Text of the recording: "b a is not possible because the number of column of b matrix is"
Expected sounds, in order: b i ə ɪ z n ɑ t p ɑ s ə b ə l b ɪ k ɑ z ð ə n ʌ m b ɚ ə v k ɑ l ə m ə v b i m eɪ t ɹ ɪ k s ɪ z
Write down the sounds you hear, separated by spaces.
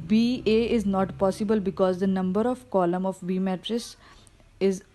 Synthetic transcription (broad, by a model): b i ə ɪ z n ɑ t p ɑ s ə b ə l b ɪ k ɑ z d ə n ʌ m b ɚ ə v k ɑ l ə m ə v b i m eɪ t ɹ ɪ s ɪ z